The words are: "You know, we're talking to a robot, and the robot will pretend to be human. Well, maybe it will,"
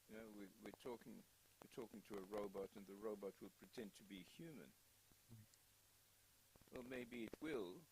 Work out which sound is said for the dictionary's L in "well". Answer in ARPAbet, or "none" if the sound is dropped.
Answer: L